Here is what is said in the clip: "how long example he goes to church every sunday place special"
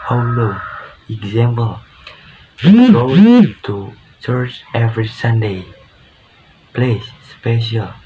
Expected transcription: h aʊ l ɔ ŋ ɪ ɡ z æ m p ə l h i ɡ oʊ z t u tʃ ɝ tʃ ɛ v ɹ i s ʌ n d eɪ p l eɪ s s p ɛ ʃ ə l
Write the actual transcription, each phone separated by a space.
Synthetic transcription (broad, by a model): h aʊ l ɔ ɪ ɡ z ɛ m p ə l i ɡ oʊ t u tʃ ɝ tʃ ɛ v ɹ i s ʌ n d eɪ p l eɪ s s p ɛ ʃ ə l